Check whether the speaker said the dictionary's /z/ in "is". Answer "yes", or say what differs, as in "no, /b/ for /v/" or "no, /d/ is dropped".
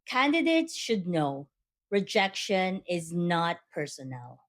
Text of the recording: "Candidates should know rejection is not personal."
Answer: yes